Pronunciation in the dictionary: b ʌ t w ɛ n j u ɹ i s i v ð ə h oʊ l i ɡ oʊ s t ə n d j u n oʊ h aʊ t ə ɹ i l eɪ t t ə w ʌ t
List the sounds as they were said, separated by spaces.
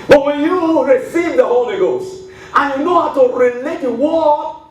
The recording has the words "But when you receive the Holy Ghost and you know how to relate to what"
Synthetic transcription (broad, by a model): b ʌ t w ɛ n j u ɹ i s i v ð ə h oʊ l i ɡ oʊ s t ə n j u n oʊ h aʊ t ə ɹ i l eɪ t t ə w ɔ